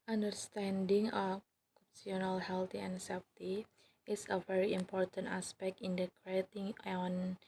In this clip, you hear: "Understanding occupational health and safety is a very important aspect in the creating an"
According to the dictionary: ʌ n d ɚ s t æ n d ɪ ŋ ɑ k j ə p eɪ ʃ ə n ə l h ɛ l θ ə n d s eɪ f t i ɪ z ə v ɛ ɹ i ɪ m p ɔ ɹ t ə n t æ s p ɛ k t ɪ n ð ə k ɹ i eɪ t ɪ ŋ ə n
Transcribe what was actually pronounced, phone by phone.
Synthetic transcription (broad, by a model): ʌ n d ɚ s t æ n d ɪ ŋ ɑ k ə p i ə n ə l h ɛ l t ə n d s eɪ f t i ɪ s ə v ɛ ɹ i ɪ m p ɔ ɹ t ə n t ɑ s p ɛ k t ɪ n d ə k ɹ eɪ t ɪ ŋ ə n